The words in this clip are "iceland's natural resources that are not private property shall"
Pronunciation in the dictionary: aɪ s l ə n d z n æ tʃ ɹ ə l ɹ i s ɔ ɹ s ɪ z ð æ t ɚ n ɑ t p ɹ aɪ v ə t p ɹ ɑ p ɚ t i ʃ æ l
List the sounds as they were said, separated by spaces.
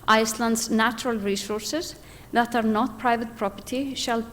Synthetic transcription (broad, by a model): aɪ s l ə n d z n æ tʃ ɹ ə l ɹ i s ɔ ɹ s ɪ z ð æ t ɚ n ɑ t p ɹ aɪ v ə t p ɹ ɑ p ɚ t i ʃ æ l